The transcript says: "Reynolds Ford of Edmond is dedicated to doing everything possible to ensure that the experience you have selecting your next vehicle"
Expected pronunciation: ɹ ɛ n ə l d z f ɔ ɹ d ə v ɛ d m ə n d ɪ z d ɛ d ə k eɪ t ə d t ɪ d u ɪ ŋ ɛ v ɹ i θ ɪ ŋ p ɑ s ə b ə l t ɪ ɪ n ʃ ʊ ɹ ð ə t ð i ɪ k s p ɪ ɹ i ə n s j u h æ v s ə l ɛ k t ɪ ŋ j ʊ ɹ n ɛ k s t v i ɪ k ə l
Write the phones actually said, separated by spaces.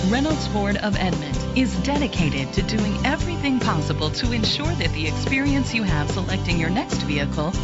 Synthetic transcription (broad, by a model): ɹ ɛ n l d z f ɔ ɹ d ə v ɛ d m ə n d ɪ z d ɛ d ə k eɪ t ə d t ɪ d u ɪ ŋ ɛ v ɹ i θ ɪ ŋ p ɑ s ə b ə l t ɪ ɪ n ʃ ʊ ɹ ð ə t ð i ɪ k s p ɪ ɹ i ə n s j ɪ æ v s ə l ɛ k t ɪ ŋ j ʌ ɹ n ɛ k s t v i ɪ k l